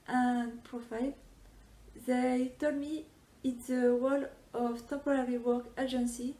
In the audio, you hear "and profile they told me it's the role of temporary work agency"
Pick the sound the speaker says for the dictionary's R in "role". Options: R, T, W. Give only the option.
W